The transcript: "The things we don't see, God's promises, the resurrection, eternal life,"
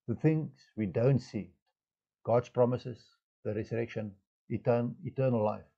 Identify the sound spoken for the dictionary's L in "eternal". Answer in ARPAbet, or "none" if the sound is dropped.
N